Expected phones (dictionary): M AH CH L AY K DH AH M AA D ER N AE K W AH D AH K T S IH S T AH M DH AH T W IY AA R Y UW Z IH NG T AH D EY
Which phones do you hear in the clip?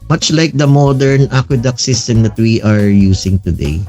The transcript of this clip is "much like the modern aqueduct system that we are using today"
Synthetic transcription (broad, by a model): M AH CH L AY K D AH M AA D ER N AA K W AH D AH K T S IH S T AH M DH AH T W IY AA R Y UW S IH NG T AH D EY